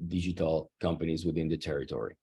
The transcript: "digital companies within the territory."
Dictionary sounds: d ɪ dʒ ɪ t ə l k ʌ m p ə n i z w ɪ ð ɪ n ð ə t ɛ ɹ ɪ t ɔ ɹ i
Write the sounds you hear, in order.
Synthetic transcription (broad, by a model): d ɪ dʒ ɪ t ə l k ʌ m p ə n i z w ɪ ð ɪ n ð ə t ɛ ɹ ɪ t ɔ ɹ i